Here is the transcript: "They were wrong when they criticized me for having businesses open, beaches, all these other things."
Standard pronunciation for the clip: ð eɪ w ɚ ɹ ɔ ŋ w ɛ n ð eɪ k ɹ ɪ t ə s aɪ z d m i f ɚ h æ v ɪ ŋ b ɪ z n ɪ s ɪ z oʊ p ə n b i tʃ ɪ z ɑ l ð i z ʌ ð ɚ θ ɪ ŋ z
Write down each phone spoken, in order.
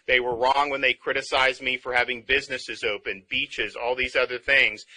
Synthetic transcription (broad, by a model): ð eɪ w ɚ ɹ ɔ ŋ w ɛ n ð eɪ k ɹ ɪ t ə s aɪ z m i f ɚ h æ v ɪ ŋ b ɪ z n ɪ s ɪ z oʊ p ə n b i tʃ ɪ z ɑ l ð i z ʌ ð ɚ θ ɪ ŋ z